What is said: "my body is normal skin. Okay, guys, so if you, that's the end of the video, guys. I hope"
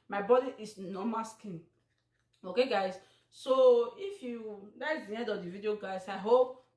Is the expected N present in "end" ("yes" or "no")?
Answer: no